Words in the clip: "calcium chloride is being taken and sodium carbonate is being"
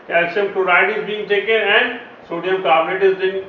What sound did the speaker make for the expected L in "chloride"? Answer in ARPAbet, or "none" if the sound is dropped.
none